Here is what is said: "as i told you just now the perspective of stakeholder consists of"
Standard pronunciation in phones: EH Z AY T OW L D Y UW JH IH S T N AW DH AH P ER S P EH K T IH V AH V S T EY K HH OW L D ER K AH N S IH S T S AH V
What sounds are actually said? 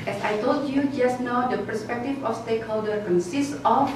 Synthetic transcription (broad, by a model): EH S AY T OW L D Y UW JH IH S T N AW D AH P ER S P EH K T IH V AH F S T EY K HH OW L D ER K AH N S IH S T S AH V